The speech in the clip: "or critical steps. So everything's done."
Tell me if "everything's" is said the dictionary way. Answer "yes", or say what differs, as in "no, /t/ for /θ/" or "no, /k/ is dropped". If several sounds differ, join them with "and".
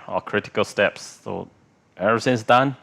no, /v/ is dropped and /s/ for /θ/